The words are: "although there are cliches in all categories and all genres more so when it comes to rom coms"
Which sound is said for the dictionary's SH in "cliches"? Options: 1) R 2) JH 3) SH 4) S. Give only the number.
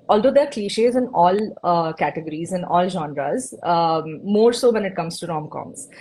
3